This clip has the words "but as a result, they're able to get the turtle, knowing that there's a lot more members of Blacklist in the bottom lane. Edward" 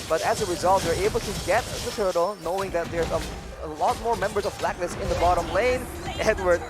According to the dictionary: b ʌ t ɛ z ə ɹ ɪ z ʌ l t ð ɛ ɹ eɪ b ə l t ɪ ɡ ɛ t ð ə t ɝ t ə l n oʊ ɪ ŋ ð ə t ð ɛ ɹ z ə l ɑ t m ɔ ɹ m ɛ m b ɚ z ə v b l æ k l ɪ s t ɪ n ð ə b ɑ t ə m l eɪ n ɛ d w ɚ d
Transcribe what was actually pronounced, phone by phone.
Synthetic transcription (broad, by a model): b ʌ t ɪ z ə ɹ ɪ z ʌ l t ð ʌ ɹ eɪ b l t ɪ ɡ ɛ t ð ə t ɝ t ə l n oʊ ɪ ŋ ð ə t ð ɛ ɹ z ə l ɑ t m ɔ ɹ m ɛ m b ɚ z ə v b l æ k n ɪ s ɪ n ð ə b ɑ t ə m l eɪ n ɛ d w ɚ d